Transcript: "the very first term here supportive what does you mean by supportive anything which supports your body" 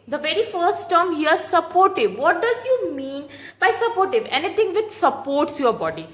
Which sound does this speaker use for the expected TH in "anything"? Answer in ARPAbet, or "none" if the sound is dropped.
T